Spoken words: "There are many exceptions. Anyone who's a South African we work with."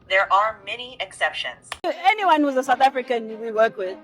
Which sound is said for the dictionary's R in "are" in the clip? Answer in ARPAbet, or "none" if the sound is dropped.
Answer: R